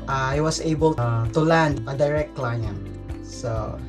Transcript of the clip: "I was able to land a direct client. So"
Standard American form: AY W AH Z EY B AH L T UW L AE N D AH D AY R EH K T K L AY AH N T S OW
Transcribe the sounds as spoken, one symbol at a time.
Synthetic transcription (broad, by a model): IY W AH S EY B AH L T UW L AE N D AH D AY R EH K T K L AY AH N S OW